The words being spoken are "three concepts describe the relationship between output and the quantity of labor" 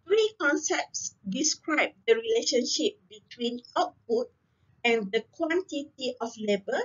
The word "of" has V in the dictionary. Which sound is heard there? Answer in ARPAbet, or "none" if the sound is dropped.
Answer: F